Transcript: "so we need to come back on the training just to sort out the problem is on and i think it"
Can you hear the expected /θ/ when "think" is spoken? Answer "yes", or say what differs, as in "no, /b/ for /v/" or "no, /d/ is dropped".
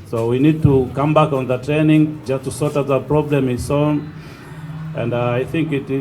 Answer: yes